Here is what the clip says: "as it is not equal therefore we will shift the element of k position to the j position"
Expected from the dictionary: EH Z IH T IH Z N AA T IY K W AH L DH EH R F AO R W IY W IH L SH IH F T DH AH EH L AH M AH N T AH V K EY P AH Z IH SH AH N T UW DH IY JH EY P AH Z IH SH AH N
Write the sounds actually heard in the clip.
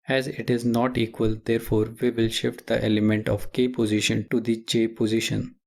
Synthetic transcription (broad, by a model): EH Z IH T IH Z N AA T IY K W AH L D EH R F AO R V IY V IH L SH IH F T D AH EH L AH M AH N T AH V K EY P AH Z IH SH AH N T UW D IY CH EY P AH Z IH SH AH N